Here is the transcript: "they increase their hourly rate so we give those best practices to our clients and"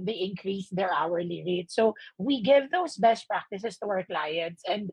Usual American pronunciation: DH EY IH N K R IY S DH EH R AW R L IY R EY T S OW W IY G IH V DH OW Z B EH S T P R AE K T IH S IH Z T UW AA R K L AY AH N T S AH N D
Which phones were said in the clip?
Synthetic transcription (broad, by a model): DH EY IH N K R IY S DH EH R AW R L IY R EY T S OW W IY G IH V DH OW S B EH S T P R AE K T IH S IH S T UW AA R K L AY AH N T S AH N D